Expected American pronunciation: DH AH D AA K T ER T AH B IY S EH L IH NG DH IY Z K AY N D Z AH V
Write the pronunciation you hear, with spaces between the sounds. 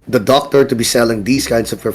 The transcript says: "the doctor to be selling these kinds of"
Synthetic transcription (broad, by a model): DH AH D AA K T ER T AH B IY S EH L IH NG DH IY S K AY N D S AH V